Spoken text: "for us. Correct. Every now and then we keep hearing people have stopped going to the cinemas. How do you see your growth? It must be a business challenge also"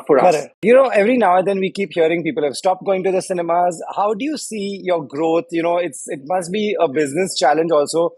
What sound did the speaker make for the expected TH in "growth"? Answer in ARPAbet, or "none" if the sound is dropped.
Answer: S